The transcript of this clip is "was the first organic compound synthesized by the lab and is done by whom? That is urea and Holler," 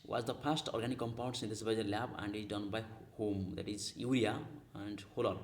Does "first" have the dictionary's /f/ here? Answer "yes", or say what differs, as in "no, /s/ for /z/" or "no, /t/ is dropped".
no, /p/ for /f/